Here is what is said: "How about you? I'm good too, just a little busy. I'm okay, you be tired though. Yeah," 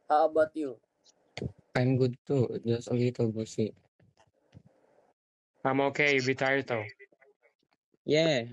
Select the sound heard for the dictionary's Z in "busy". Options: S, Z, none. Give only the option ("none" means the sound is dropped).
S